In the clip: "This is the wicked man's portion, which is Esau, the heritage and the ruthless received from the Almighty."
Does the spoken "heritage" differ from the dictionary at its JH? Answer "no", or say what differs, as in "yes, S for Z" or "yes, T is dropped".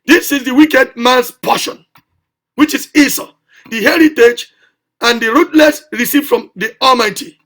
no